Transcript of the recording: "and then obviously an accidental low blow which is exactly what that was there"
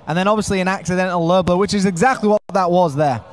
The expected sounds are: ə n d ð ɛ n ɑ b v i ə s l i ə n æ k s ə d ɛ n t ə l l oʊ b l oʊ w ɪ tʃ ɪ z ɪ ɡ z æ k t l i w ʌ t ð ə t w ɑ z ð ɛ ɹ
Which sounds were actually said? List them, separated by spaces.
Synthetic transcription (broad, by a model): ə n ð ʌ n ɑ b v i ə s l i ə n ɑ k s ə d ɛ n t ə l l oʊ b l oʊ w ɪ tʃ ɪ z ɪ ɡ z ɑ k t l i w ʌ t ð ə t w ɑ z ð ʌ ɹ